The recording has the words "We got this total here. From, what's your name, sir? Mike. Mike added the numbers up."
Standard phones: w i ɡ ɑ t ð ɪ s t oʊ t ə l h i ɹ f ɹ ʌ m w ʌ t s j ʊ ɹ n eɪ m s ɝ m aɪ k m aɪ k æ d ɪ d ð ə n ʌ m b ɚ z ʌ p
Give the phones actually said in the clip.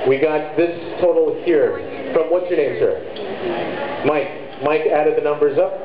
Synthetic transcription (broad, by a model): w i ɡ ɑ t ð ɪ s t oʊ t l h i ɹ f ɹ ʌ m w ʌ t s j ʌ ɹ n eɪ m s ɝ m aɪ k m aɪ k æ d ɪ d ð ə n ʌ m b ɚ z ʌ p